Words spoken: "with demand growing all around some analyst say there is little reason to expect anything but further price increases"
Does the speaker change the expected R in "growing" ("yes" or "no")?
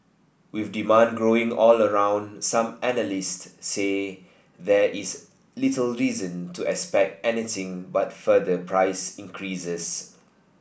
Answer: no